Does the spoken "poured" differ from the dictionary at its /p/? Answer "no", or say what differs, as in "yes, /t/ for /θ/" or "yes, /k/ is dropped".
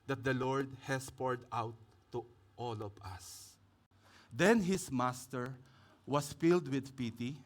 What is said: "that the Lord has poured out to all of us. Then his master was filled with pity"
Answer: no